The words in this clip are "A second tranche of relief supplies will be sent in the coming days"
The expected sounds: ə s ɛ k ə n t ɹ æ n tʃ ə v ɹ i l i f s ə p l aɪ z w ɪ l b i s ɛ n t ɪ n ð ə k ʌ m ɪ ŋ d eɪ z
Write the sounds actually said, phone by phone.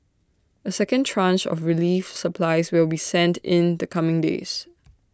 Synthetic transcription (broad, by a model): ə s ɛ k ə n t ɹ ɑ n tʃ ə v ɹ i l i f s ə p l aɪ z w ɪ l b i s ɛ n t ɪ n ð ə k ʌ m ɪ ŋ d eɪ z